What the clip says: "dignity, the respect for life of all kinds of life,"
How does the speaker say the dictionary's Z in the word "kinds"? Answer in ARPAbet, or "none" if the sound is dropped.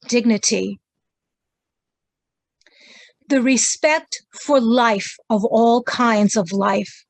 Z